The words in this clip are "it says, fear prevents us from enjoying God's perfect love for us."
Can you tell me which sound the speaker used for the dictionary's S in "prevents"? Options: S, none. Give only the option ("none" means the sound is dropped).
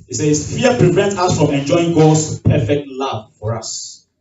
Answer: none